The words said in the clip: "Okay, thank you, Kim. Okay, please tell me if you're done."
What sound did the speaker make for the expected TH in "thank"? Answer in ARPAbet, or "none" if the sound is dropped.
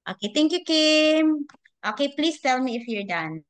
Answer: T